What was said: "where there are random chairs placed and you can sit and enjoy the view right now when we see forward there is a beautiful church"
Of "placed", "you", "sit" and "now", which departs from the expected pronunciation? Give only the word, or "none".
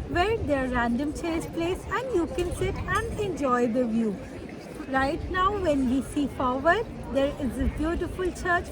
placed